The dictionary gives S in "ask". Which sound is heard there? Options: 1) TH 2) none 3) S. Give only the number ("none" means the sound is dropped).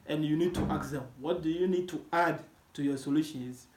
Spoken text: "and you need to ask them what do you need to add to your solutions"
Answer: 2